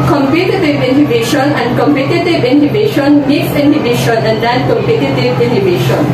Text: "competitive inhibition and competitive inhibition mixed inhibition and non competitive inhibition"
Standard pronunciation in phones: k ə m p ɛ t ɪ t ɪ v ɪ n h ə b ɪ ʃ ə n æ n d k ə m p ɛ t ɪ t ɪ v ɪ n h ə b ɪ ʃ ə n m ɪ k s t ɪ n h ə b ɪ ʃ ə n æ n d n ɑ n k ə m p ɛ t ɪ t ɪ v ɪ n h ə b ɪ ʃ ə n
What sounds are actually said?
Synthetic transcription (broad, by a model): k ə m p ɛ t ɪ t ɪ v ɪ n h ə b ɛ ʃ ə n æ n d k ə m p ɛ t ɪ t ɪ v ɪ n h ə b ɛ ʃ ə n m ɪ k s ɪ n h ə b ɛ ʃ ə n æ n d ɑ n k ə m p ɛ t ɪ t ɪ v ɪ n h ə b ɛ ʃ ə n